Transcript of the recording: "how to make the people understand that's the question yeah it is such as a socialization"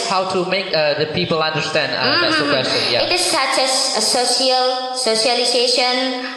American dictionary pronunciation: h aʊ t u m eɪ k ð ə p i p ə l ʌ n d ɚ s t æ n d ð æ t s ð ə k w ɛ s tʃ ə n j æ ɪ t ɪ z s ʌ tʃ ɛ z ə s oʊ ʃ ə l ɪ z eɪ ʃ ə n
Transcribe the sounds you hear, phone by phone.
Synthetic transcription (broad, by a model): h aʊ t u m eɪ k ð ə p i p ə l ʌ n d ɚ s t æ n d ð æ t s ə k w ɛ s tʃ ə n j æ ɪ t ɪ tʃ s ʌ s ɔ s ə s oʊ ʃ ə l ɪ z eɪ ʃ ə n